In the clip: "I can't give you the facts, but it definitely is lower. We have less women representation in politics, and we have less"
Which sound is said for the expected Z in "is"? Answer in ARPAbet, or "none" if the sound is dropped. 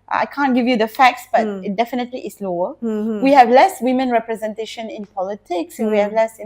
S